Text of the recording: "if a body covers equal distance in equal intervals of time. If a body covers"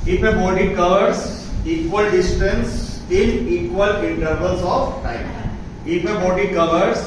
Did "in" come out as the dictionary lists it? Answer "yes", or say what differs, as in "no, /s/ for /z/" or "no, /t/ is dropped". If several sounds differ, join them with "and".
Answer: no, /l/ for /n/